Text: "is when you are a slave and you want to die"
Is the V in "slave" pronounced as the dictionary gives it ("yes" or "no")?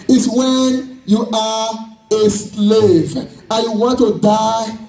yes